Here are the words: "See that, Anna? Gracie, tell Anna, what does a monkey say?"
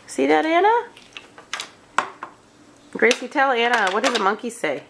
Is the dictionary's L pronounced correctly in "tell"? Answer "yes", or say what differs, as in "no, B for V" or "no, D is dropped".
yes